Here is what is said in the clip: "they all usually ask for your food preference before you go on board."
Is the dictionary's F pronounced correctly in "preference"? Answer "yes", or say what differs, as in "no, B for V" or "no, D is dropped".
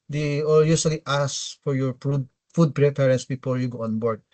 no, P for F